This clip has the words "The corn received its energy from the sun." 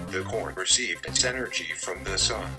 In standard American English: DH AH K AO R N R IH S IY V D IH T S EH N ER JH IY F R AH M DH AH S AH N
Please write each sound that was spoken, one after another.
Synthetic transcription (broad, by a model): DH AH K AO R N R IH S IY V D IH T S EH N ER JH IY F R AH M DH AH S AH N